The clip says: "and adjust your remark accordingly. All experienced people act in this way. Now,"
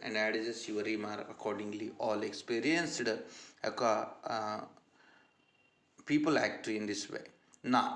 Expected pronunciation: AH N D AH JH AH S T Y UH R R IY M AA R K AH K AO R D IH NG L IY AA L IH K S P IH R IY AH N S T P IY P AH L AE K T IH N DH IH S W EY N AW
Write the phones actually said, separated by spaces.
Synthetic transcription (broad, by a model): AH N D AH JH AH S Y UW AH R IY M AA R AH K AO R D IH NG L IY AA L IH K S P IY R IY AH N S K P IY P AH L AE K T IH N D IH S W EY N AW